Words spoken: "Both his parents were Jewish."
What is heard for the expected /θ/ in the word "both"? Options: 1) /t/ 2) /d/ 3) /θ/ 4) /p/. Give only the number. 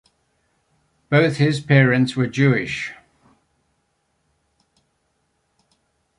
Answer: 3